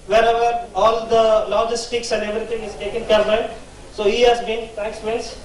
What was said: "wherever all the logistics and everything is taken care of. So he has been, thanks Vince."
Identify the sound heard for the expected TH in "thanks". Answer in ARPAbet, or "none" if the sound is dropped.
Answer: T